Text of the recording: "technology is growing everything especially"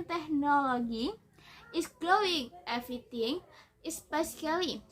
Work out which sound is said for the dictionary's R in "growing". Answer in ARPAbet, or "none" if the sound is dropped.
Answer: L